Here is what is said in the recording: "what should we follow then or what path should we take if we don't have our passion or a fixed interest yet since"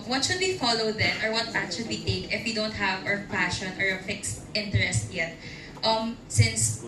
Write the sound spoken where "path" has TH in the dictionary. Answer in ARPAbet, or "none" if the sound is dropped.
T